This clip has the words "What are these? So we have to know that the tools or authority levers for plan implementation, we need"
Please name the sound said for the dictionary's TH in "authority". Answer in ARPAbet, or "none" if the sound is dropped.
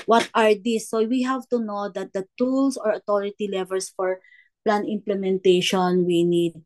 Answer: T